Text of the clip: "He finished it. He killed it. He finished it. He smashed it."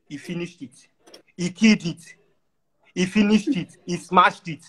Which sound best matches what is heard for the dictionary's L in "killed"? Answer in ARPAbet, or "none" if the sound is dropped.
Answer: none